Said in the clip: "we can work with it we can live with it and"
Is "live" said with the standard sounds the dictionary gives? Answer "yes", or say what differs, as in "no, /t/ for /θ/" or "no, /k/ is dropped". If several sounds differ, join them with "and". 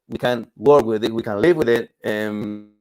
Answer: yes